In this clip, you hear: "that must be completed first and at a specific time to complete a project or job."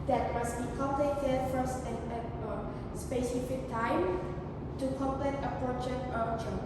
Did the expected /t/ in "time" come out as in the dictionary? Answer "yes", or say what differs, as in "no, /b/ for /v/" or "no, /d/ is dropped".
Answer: yes